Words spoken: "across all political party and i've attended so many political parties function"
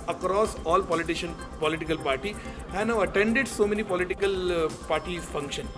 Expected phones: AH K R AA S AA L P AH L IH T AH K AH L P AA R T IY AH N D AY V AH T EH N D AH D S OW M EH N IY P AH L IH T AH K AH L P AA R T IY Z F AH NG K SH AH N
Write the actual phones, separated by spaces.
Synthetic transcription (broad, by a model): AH K R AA S AA L P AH L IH T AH K AH L P AA R T IY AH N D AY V AH T EH N D AH D S OW M EH N IY P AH L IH T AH K AH L P AA R T IY F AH NG K SH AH N